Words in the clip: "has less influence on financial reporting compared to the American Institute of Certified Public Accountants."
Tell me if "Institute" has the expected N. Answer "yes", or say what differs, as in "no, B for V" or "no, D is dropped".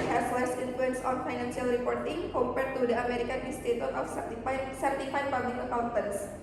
no, N is dropped